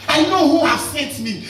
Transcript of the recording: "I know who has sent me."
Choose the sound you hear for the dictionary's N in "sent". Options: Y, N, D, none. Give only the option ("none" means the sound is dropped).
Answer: none